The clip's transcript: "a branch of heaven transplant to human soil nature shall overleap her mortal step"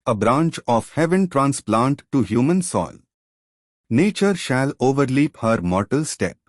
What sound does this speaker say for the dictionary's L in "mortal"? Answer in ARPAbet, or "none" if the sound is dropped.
L